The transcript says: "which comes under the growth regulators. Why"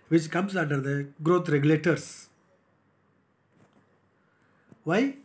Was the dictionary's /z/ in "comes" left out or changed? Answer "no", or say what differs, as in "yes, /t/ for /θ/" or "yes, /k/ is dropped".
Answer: yes, /s/ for /z/